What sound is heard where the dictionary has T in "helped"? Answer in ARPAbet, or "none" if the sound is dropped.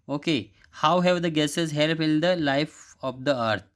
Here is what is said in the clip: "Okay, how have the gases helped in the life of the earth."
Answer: none